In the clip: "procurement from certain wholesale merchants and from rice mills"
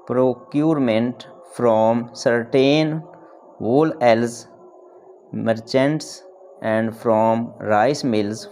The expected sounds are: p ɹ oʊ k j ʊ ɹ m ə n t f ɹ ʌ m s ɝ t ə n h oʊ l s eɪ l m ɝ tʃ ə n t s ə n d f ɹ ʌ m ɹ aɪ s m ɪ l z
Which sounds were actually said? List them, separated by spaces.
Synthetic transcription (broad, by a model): p ɹ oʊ k j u ɹ m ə n t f ɹ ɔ m s ɝ t ə n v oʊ l eɪ l m ɝ tʃ ə n t s ə n d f ɹ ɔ m ɹ aɪ s m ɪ l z